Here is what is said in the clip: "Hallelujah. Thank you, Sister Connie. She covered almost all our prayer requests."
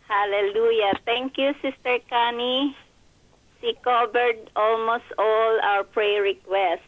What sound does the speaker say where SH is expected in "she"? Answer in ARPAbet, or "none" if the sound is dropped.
S